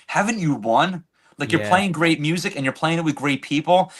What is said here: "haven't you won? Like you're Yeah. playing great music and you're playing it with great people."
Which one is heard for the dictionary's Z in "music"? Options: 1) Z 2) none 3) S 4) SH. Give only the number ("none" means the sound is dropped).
1